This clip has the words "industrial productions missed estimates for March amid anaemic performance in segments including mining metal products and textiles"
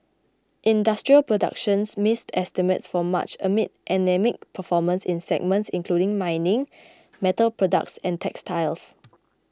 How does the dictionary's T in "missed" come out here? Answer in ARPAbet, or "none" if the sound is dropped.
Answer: T